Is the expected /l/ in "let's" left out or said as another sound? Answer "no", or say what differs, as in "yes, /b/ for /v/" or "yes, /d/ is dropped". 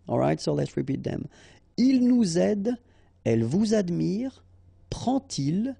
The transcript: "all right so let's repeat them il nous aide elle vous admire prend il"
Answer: no